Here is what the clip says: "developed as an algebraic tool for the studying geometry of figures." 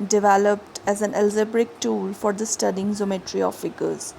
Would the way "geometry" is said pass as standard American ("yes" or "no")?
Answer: no